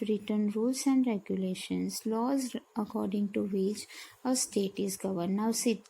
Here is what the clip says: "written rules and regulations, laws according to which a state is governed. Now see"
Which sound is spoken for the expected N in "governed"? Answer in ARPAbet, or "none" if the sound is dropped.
none